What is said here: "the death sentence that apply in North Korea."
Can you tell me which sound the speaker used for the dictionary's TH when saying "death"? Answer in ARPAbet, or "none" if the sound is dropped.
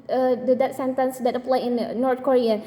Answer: T